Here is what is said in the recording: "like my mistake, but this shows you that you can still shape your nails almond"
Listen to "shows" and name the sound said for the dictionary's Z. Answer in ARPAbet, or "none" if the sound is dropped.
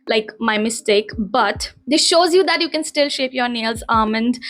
Z